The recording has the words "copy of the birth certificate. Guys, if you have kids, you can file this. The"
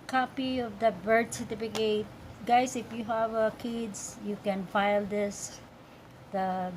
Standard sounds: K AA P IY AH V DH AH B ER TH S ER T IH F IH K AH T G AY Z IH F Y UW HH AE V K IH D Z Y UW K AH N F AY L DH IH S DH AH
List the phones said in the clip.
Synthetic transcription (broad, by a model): K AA P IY AH V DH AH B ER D S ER T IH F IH K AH T G AY S IH F Y UW HH AE V K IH D S Y UW K AH N F AY L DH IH S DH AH